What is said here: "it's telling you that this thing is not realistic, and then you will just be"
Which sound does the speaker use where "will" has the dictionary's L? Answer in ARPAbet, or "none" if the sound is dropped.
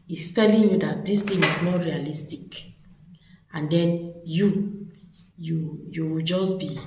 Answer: W